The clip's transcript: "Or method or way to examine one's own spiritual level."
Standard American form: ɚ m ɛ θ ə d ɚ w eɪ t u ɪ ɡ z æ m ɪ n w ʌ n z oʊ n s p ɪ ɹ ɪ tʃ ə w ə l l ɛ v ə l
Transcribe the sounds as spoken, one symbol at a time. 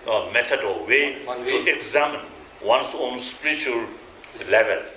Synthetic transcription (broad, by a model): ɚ m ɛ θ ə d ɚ w eɪ t u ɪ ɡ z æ m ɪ n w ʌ n s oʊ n s p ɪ ɹ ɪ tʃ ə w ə l l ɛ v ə l